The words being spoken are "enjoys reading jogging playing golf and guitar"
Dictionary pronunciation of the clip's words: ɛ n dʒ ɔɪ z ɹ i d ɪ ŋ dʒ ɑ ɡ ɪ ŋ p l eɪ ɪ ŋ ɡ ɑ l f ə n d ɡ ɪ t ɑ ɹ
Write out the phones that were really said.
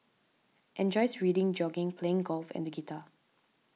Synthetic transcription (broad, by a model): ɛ n dʒ ɔɪ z ɹ i d ɪ ŋ dʒ ɑ ɡ ɪ ŋ p l eɪ ɪ ŋ ɡ ɑ l f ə n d ɡ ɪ t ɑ